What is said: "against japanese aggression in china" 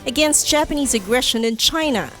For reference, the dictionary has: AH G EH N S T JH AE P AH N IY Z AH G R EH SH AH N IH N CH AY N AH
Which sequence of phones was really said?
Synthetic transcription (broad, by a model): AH G EH N S T JH AE P AH N IY Z AH G R EH SH AH N IH N CH AY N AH